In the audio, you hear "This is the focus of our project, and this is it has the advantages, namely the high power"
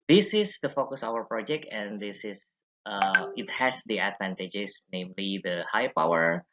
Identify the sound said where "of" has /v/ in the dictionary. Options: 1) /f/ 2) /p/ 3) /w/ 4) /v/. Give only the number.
3